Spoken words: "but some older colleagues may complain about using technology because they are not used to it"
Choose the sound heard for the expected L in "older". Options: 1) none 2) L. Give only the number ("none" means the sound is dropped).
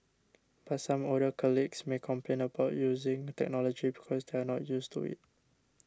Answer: 1